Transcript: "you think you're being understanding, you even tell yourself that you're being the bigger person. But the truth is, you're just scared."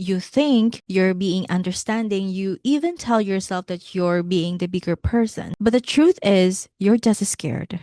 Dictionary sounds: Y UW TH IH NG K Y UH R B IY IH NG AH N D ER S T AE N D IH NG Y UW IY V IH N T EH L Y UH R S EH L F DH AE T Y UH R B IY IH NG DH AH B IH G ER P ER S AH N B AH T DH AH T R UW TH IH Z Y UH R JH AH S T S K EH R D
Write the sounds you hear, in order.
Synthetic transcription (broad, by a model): Y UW TH IH NG K Y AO R B IY IH NG AH N D ER S T AE N D IH NG Y UW IY V IH N T EH L Y UH R S EH L F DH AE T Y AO R B IY IH NG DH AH B IH G ER P ER S AH N B AH T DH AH T R UW TH IH Z Y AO R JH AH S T S K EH R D